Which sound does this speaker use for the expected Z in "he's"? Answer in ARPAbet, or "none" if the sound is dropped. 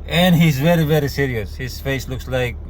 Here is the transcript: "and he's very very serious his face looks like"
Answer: Z